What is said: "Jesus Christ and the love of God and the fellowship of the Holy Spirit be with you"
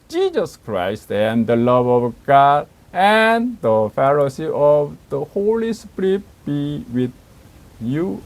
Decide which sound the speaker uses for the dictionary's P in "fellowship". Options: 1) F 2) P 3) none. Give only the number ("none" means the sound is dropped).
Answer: 3